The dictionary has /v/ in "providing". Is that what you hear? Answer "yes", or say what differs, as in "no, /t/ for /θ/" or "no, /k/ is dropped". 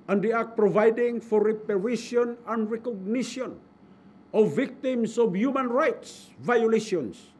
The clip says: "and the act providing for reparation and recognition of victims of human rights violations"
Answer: yes